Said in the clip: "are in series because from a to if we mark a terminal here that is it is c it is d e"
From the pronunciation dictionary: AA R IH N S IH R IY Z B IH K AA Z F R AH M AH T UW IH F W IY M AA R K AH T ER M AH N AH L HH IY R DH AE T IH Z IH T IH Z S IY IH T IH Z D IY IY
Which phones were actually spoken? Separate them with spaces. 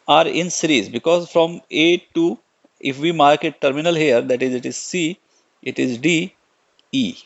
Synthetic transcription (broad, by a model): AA R IH N S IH R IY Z B IH K AA Z F R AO M AH T UW IH F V IY M AA R K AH T ER M AH N AH L HH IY R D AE T IH Z IH T IH Z S IY IH T IH Z D IY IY